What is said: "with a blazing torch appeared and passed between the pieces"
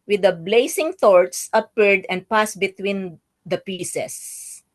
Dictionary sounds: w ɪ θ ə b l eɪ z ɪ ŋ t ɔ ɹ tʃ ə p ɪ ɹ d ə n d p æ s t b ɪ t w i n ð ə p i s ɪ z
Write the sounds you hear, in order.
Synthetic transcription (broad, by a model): w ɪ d ə b l eɪ s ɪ ŋ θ ɔ ɹ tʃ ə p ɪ ɹ d ə n d p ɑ s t b ɪ t w i n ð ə p i s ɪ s